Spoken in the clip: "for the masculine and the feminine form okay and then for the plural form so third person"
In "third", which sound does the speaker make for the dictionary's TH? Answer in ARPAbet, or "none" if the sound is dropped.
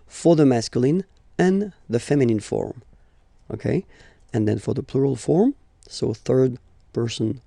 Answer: TH